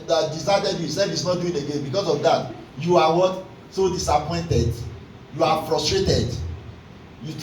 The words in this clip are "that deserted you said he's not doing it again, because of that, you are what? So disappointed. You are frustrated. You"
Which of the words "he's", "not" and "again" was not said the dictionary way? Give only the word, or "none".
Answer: he's